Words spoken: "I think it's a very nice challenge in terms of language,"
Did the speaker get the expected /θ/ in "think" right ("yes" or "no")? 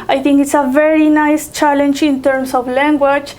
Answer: no